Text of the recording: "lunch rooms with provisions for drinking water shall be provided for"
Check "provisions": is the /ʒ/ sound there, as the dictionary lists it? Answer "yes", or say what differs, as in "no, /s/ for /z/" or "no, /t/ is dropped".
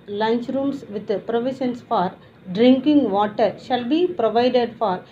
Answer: no, /ʃ/ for /ʒ/